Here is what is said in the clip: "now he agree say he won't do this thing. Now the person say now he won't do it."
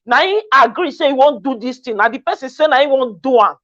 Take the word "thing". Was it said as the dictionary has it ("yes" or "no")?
no